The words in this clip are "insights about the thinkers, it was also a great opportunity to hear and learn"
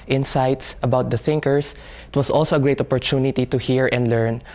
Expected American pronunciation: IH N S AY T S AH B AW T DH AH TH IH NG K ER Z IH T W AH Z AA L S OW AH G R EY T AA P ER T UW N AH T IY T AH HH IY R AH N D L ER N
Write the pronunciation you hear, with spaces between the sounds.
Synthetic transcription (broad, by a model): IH N S AY T S AH B AW T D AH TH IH NG K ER S IH T W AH S AA L S OW AH G R EY T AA P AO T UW N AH T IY T AH HH IY R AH N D L ER N